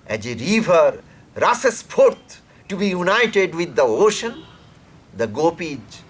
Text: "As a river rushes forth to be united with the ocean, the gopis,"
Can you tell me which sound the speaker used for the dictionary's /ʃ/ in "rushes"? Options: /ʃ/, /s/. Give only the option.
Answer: /s/